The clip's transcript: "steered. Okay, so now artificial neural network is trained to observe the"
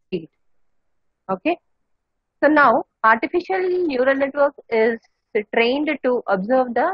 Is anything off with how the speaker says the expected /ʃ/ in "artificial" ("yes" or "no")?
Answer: no